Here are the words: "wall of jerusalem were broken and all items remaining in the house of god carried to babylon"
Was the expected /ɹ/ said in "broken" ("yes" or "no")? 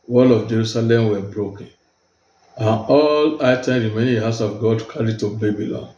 yes